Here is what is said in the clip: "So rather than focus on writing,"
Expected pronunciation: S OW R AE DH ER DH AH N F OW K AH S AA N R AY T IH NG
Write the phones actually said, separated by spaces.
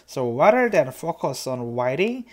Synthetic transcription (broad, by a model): S OW W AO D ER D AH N F OW K AH S AA N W AY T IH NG